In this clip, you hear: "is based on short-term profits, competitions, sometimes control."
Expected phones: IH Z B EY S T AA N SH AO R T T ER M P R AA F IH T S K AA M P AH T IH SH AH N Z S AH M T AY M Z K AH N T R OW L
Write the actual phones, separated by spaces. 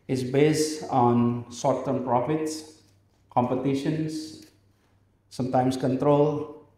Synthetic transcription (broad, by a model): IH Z B EY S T AA N S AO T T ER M P R AA F IH T S K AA M P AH T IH SH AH N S S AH M T AY M S K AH N T R OW L